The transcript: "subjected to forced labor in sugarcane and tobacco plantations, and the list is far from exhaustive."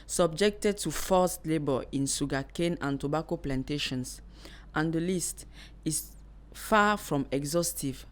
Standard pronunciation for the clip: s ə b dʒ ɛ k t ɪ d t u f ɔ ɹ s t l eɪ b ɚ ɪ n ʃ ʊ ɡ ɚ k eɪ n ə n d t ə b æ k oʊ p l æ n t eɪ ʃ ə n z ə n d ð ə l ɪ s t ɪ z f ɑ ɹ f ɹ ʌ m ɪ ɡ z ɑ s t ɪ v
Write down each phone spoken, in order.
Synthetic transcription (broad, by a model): s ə b dʒ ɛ k t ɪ d t u f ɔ s t l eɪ b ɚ ɪ n s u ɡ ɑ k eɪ n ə n t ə b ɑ k oʊ p l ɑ n t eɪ ʃ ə n s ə n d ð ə l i s t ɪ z f ɑ f ɹ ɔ m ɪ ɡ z ɑ s t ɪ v